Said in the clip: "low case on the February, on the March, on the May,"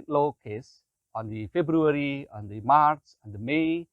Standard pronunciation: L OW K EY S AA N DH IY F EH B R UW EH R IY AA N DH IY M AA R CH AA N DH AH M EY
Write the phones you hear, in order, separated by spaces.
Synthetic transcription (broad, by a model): L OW K EY S AA N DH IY F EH B R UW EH R IY AA N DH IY M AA R S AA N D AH M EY